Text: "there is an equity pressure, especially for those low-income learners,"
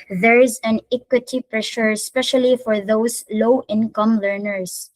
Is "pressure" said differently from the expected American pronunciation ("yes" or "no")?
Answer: no